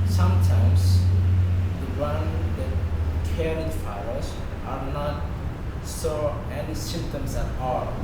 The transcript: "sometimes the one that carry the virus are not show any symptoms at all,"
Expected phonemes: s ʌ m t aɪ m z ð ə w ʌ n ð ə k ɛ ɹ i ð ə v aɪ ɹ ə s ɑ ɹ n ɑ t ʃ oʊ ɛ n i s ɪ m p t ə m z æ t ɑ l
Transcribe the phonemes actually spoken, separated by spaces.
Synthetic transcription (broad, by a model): s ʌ m t aɪ m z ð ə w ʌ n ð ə k ɛ ɹ i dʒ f aɪ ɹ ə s ɑ ɹ n ɑ t s oʊ ɛ n i s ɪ m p t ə m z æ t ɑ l